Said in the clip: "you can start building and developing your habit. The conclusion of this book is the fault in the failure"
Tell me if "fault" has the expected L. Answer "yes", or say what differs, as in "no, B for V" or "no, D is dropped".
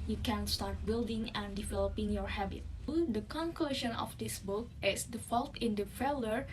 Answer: yes